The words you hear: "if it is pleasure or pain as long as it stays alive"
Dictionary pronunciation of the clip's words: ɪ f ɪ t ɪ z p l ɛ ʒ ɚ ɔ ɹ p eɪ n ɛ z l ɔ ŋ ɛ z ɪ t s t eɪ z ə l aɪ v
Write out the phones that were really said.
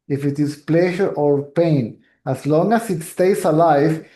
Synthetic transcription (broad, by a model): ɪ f ɪ t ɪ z p l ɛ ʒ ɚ ɔ ɹ p eɪ n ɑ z l ɔ ŋ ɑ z ɪ t s t eɪ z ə l aɪ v